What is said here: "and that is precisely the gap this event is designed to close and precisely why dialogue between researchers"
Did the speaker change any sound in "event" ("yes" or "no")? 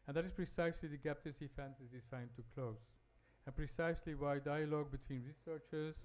yes